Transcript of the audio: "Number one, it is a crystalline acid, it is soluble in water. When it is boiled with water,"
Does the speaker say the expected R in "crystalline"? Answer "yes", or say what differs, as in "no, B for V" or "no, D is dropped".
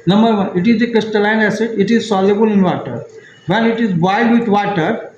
no, R is dropped